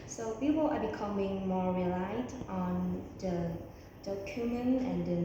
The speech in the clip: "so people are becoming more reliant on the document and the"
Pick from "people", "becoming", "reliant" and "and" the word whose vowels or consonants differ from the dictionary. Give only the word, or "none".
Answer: reliant